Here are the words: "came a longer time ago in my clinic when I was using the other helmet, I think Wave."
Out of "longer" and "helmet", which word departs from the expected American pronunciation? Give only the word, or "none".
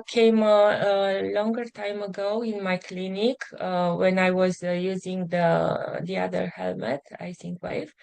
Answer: none